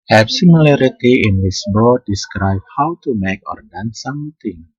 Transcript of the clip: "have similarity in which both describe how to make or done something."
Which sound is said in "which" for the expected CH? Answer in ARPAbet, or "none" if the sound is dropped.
S